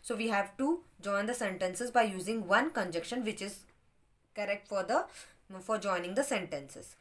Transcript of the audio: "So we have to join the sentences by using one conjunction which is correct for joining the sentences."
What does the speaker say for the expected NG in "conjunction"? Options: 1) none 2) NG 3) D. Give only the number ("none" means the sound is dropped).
1